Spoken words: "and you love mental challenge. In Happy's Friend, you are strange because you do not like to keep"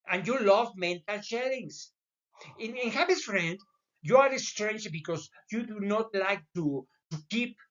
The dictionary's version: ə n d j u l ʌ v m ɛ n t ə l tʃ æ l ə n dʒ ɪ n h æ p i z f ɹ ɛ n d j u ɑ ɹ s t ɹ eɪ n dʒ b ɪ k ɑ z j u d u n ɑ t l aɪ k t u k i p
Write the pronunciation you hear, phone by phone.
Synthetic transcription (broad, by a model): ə n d j u l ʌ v m ɛ n t ə l ʃ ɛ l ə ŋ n ɪ n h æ b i s f ɹ ɛ n d j u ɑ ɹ s t ɹ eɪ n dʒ b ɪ k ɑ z j u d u n ɑ t l aɪ k t u k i p